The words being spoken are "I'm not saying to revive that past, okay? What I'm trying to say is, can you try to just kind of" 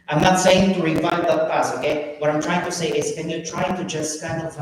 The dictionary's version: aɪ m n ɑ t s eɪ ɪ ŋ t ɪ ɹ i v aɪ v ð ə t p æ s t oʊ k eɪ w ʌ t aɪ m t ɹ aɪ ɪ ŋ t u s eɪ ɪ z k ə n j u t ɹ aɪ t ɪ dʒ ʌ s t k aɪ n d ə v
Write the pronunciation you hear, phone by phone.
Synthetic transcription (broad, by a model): aɪ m n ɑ t s eɪ ɪ ŋ t ɪ ɹ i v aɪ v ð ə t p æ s oʊ k eɪ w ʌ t aɪ m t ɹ aɪ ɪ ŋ t u s eɪ ɪ z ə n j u t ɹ aɪ t ɪ dʒ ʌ s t k aɪ n d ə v